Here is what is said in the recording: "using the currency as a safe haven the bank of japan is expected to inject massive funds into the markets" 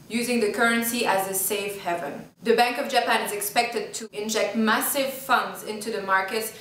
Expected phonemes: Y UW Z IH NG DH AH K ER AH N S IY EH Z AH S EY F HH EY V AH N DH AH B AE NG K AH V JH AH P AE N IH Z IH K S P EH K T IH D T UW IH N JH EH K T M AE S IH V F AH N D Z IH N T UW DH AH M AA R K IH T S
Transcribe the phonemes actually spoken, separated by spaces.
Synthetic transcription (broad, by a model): Y UW Z IH NG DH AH K ER AH N S IY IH Z AH S EY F HH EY V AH N DH AH B AE NG K AH V JH AH P AE N IH Z IH K S P EH K T IH D T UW IH N JH EH K T M AE S IH V F AH N D Z IH N T UW DH AH M AA R K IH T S